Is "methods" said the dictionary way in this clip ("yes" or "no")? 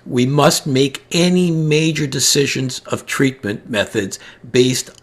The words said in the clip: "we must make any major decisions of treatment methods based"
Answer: yes